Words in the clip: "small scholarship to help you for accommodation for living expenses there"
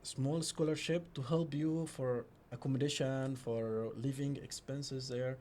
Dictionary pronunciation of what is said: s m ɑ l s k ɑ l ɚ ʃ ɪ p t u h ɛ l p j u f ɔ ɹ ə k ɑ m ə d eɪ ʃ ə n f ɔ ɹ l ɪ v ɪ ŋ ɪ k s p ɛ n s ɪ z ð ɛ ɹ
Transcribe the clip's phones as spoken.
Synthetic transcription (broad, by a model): s m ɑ l s k ɑ l ɚ ʃ ɪ p t u h ɛ l p j u f ɔ ɹ ə k ɑ m ə d eɪ ʃ ə n f ɔ ɹ l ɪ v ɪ ŋ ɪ k s p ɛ n s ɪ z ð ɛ ɹ